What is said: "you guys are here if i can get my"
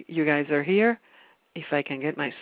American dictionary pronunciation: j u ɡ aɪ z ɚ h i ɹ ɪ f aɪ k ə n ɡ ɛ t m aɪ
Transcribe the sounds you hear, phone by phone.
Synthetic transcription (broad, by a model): j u ɡ aɪ z ɚ h i ɹ ɪ f aɪ k ə n ɡ ɛ t m aɪ